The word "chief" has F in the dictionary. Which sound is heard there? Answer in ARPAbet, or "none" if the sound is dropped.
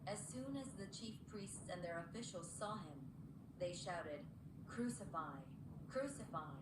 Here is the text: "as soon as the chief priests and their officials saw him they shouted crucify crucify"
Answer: F